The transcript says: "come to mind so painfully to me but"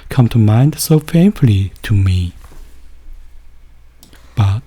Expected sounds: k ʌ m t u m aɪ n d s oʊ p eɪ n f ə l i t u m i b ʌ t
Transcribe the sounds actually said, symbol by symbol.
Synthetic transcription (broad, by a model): k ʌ m t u m aɪ n d s oʊ f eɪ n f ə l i t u m i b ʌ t